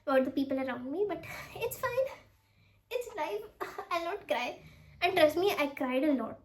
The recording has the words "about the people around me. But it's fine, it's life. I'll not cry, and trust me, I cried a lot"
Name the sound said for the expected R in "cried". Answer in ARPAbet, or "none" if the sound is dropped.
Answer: R